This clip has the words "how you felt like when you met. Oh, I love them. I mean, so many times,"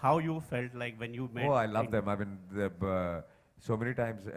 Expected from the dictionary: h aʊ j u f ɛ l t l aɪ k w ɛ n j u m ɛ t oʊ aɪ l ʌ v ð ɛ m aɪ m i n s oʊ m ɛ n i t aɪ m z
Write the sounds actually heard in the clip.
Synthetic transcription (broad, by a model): h aʊ j u f ɛ l t l aɪ k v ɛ n j u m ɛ oʊ aɪ l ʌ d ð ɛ m aɪ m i n s oʊ m ɛ n i t aɪ m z